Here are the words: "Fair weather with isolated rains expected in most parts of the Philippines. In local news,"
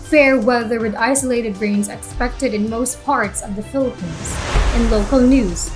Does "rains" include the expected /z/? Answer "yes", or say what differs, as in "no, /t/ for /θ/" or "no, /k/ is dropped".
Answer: yes